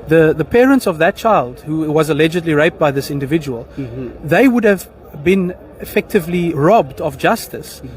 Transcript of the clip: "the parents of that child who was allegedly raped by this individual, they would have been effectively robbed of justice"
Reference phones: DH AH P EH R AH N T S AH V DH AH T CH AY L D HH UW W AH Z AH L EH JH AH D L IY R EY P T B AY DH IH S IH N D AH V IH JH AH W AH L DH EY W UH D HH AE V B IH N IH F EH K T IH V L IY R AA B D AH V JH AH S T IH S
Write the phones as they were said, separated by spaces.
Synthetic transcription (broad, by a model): DH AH P EH R AH N T S AH V DH AH T CH AY L D HH UW W AH Z AH L EH JH AH D L IY R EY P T B AY DH IH S IH N D AH V IH JH AH W AH L DH EY W UH D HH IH V B IH N IH F EH K T IH V L IY R AA B D AH V JH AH S T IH S